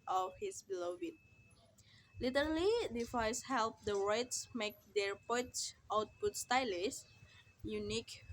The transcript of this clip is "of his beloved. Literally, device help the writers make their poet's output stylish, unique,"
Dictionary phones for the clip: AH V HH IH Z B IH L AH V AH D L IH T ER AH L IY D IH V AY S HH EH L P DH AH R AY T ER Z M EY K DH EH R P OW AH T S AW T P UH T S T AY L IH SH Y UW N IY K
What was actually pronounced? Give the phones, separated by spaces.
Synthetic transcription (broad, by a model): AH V HH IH S B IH L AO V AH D L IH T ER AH L IY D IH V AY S HH EH L P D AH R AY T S M EY K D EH R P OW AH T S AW T P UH T S T AY L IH S Y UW N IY K